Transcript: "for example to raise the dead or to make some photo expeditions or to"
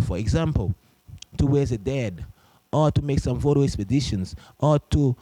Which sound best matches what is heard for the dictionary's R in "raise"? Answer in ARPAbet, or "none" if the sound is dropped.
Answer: W